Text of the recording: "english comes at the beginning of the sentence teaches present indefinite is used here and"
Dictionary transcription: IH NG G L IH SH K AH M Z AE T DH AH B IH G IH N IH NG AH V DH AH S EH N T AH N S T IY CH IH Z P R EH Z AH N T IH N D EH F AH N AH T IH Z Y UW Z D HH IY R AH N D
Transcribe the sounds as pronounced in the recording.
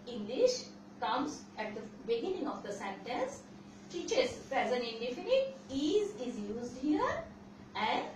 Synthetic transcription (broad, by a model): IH NG G L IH SH K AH M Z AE T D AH B IH G IH N IH NG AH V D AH S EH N T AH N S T IY CH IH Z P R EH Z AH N IH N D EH F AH N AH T IH Z Y UW Z D HH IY R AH N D